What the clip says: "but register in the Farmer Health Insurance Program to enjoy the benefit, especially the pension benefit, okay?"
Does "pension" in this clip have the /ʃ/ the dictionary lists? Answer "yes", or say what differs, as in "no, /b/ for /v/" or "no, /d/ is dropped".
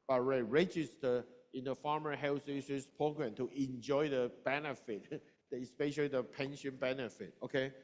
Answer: yes